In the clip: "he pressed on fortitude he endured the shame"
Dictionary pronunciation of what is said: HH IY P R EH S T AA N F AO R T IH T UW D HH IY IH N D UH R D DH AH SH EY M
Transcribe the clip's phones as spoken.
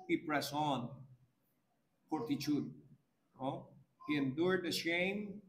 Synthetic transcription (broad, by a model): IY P R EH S AA N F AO R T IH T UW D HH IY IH N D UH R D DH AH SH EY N